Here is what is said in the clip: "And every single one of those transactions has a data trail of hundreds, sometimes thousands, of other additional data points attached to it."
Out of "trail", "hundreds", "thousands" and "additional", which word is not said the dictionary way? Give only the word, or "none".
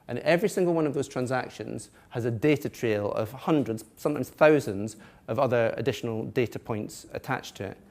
none